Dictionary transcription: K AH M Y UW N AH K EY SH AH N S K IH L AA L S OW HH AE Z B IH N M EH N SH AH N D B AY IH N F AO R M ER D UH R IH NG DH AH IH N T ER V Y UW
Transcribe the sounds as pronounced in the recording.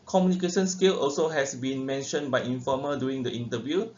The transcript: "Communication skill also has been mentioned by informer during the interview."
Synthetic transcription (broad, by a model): K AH M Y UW N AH K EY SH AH N S K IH L AA L S OW HH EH S B IH N M EH N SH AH N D B AY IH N F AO M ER D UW IH NG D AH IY N T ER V Y UW